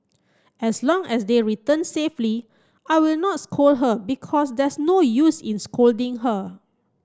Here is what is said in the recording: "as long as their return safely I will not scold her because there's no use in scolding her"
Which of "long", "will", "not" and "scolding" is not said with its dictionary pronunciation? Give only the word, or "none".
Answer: none